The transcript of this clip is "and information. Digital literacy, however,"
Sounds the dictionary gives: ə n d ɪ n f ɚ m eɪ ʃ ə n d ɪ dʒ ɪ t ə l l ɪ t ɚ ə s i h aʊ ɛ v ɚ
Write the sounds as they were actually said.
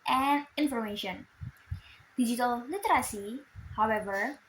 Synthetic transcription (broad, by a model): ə n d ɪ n f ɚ m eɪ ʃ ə n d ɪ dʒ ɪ t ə l l ɪ t ɚ ə s i h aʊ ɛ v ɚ